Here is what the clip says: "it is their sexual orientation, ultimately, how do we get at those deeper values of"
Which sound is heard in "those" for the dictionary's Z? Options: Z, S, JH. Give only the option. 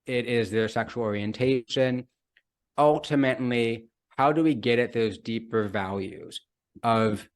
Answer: Z